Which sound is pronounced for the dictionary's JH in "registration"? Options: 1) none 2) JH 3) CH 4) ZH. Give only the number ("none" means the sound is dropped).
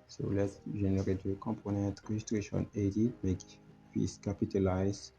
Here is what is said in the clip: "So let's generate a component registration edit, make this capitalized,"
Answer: 4